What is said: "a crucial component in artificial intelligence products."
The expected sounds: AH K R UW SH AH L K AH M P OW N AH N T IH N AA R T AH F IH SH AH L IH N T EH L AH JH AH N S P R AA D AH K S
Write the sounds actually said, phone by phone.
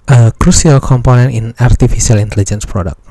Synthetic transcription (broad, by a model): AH K R UW S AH L K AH M P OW N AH N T IH N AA R T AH F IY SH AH L IH N T EH L AH JH AH N S P R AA D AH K